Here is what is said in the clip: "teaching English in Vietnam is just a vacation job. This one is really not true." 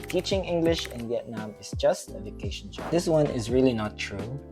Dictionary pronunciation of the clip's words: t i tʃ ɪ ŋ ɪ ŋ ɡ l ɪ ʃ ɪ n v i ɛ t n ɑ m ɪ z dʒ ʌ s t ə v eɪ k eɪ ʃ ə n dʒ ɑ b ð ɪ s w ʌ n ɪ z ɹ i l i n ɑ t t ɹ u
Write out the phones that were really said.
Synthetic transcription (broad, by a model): t i tʃ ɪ ŋ ɪ ŋ ɡ l ɪ ʃ ɪ n v i ɛ t n ɑ m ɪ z dʒ ʌ s t ə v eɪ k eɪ ʃ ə n ʃ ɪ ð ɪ s w ʌ n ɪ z ɹ i l i n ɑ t t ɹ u